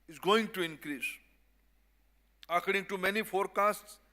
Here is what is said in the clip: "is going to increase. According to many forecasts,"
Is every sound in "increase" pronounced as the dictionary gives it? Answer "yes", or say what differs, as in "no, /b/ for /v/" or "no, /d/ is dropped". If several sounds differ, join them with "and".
yes